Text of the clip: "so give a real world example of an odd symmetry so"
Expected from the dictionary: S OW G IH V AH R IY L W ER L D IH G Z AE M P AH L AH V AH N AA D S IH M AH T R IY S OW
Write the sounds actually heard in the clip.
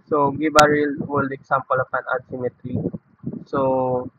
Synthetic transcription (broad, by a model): S OW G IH B AH R IY L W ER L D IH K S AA M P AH L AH P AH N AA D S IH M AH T R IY S OW